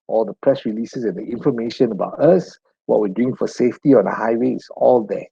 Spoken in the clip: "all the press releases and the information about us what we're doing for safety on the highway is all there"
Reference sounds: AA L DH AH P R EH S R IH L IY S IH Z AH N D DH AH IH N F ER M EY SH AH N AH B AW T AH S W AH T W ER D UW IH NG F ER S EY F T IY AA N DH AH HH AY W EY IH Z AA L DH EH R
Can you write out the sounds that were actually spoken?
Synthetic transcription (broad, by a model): AA L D AH P R EH S R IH L IY S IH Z AH N D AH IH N F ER M EY SH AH N AH B AW T AH S W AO T W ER D UW IH NG F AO S EY F T IY AA N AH HH AY W EY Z AA L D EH